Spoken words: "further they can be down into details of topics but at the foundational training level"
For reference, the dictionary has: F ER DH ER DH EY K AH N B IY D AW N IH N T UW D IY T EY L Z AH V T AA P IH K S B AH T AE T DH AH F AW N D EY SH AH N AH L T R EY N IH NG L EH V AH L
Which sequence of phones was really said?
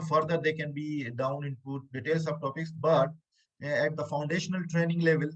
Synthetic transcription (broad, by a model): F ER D ER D EY K AH N B IY D AW N IH N T UW D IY T EY L S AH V T AA P IH K S B AH T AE T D AH F AW N D EY SH AH N AH L T R EY N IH NG L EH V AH L